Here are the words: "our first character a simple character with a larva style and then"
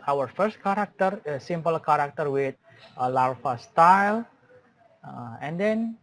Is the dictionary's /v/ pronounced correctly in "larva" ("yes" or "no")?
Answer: no